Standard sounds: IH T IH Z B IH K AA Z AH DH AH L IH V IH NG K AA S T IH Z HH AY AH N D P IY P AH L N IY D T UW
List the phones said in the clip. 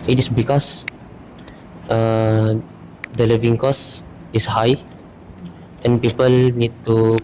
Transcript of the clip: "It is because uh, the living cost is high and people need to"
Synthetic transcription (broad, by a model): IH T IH S B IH K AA S AH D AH L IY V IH NG K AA S IH S HH AY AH N P IY P AH L N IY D T UW